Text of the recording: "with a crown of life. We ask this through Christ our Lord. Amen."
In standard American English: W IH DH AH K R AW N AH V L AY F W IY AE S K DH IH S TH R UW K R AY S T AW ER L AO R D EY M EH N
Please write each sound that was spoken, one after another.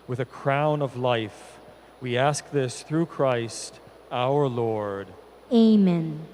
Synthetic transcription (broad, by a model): W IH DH AH K R AW N AH V L AY F W IY AE S K DH IH S TH R UW K R AY S T AW ER L AO R D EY M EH N